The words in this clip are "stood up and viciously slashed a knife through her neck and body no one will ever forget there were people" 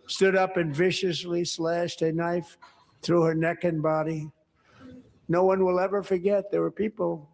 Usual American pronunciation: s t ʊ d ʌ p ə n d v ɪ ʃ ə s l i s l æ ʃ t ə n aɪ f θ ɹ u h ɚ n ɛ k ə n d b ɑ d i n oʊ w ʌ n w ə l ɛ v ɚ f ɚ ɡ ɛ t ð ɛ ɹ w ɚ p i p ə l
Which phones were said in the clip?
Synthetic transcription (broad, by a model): s t ʊ d ʌ p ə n v ɪ ʃ ə s l i s l æ ʃ t ə n aɪ f θ ɹ u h ɚ n ɛ k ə n b ɑ d i n oʊ w ʌ n w ə l ɛ v ɚ f ɚ ɡ ɛ t ð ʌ ɹ w ɚ p i p l